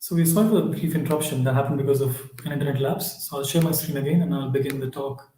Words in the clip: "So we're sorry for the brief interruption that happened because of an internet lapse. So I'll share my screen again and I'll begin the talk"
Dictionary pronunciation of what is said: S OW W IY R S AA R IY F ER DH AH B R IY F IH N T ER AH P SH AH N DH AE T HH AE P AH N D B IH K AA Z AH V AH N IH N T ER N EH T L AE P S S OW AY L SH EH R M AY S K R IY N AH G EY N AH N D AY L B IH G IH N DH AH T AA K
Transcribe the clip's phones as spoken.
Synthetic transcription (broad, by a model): S OW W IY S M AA IY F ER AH B R IY F IH N T ER AH P SH AH N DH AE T HH AE P AH N D B IH K AA Z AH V AH N IH N T ER N EH T L AE P S S OW AY L SH EH R M AY S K R IY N AH G EY N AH N AY L B IH G IH N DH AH T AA K